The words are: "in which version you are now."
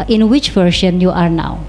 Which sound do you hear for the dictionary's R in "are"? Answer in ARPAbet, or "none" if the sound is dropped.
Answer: R